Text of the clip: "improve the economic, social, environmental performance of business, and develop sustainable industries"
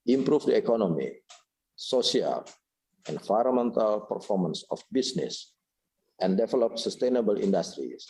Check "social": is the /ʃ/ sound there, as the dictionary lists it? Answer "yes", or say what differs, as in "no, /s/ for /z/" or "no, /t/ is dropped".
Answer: no, /ʃ/ is dropped